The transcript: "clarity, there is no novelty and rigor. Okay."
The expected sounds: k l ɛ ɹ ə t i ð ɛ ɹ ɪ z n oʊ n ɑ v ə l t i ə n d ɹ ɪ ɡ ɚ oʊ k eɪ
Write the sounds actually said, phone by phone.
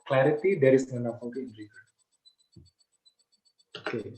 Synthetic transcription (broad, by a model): k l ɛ ɹ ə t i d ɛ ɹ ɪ s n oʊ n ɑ p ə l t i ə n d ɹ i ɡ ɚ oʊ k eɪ